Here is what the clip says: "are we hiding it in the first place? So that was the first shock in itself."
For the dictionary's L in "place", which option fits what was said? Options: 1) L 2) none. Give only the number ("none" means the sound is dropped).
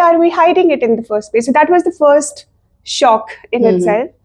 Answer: 2